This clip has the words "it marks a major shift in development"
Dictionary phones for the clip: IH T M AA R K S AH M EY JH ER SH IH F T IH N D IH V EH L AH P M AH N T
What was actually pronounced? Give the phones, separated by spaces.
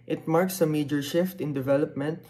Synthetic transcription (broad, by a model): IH T M AA R K S AH M EY JH ER SH IH F T IH N D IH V EH L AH P M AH N T